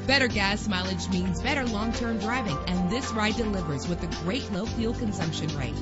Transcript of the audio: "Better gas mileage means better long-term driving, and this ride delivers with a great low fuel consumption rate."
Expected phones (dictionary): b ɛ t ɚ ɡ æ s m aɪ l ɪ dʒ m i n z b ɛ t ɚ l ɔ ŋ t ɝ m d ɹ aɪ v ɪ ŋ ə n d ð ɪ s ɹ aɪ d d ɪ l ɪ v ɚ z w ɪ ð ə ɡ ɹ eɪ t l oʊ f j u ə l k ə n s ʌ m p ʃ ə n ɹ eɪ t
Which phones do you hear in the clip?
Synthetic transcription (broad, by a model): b ɛ t ɚ ɡ æ s m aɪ l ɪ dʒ m i n z b ɛ t ɚ l ɔ ŋ t ɝ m d ɹ aɪ v ɪ ŋ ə n ð ɪ s ɹ aɪ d d ɪ l ɪ v ɚ z w ɪ ð ə ɡ ɹ eɪ t l oʊ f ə l k ə n s ʌ m p ʃ ə n ɹ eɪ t